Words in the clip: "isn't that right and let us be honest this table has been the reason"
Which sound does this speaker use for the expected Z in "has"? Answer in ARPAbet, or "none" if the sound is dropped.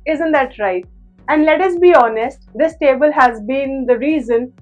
Z